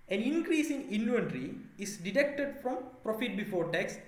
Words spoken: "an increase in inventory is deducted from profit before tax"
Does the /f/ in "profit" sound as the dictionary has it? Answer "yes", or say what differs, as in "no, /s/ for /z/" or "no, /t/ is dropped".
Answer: yes